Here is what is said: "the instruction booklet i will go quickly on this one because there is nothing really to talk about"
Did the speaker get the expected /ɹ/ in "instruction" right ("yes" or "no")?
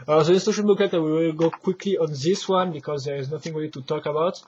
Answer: no